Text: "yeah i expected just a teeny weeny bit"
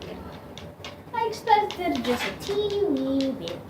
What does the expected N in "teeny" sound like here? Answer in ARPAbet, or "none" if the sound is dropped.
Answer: none